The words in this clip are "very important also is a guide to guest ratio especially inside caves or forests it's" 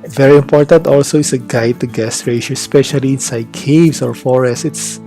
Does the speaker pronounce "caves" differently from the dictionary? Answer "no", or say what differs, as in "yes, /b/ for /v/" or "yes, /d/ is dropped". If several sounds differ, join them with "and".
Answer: yes, /s/ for /z/